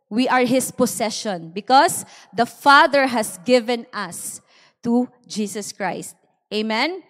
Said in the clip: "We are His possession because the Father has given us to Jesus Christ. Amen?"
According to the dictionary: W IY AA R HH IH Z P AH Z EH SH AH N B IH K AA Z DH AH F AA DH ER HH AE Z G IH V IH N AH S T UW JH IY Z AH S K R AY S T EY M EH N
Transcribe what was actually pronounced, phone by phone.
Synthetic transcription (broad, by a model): W IY AA R HH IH S P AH S EH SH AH N B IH K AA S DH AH F AA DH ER HH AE S G IH V IH N AH S T UW JH IY S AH S K R AY S T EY M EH N